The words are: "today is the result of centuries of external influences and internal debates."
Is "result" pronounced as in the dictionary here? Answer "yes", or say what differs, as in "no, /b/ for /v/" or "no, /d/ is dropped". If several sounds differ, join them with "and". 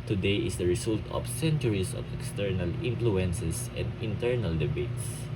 no, /s/ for /z/